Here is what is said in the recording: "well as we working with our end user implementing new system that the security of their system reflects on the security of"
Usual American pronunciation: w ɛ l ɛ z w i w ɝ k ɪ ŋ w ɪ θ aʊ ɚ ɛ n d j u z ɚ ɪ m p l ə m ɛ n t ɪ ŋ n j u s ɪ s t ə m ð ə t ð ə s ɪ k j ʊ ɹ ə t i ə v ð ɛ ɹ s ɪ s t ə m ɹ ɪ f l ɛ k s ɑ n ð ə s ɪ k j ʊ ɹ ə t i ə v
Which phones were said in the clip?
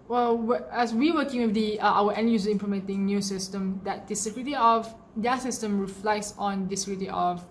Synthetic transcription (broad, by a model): w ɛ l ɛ s w i w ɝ k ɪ ŋ w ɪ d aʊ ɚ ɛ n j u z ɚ ɪ m p l ə m ɛ n t ɪ ŋ n j u s ɪ s t ə m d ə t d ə s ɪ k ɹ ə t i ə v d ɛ s ɪ s t ə m ɹ ɪ f l ɛ k s ɑ n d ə s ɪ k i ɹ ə t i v